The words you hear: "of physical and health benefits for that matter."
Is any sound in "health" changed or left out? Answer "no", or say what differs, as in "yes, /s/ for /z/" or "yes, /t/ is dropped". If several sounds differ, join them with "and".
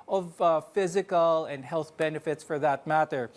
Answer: no